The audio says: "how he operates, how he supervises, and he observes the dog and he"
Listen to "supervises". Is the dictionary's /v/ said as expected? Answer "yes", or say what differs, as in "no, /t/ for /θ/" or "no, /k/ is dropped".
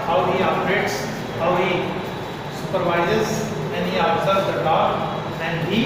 yes